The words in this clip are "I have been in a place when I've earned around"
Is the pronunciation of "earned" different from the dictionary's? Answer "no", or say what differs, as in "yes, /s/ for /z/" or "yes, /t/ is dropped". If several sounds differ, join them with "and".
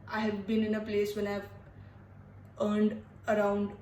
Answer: no